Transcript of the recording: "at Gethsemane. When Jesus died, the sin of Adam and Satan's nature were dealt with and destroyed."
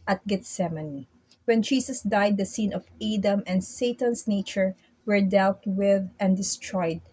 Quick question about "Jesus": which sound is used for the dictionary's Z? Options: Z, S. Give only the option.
S